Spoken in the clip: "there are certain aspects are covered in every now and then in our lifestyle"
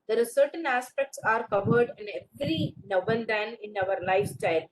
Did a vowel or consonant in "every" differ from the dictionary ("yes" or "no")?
yes